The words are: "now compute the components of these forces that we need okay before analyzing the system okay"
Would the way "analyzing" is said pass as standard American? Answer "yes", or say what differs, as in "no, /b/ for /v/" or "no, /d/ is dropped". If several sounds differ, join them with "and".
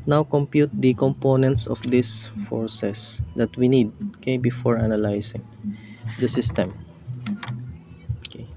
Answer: no, /s/ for /z/